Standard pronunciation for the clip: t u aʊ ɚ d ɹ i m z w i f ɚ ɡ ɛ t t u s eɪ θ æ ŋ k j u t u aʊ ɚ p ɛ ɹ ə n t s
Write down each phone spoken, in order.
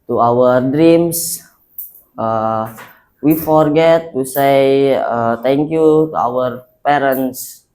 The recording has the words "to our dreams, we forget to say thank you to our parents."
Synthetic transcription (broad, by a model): t u aʊ ɚ d ɹ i m s w i f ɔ ɡ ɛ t t u s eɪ t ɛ ŋ k j u t u aʊ ɚ p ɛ ɹ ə n s